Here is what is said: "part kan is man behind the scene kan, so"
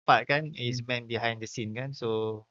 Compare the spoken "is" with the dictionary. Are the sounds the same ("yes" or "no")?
no